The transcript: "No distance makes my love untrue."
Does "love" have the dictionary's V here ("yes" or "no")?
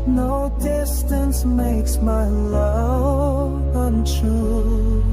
no